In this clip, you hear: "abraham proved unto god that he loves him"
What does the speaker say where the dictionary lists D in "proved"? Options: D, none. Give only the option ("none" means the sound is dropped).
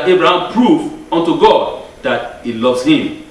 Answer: none